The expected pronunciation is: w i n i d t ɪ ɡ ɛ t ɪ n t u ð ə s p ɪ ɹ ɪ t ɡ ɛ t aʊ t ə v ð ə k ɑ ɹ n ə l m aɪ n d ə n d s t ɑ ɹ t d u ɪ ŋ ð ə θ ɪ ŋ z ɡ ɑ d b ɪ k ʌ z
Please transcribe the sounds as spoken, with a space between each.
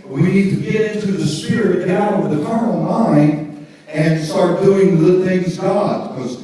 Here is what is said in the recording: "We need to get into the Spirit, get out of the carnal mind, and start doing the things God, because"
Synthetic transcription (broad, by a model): w i n i d t ɪ ɡ ɛ t ɪ n t u ð ə s p ɪ ɹ ɪ t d aʊ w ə ð ə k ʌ ɹ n l m aɪ n d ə n s t ɑ ɹ t d u ɪ ŋ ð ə θ ɪ ŋ z ɡ ɑ d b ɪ k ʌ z